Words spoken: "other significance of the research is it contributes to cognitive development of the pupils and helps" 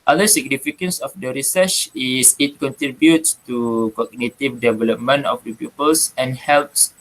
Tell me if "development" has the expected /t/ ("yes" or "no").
no